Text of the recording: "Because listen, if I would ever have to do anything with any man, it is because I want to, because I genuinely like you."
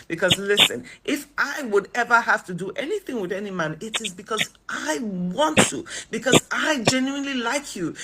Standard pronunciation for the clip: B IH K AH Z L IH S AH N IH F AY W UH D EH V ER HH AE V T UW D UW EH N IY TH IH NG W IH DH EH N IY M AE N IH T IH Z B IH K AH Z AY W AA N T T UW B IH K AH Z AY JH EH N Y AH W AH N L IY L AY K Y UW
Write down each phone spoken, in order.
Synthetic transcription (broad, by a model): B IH K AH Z L IH S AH N IH F AY W UH D EH V ER HH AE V T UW D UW EH N IY TH IH NG W IH DH EH N IY M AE N IH T IH Z B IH K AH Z AY W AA N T T UW B IH K AH Z AY JH EH N Y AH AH N L IY L AY K Y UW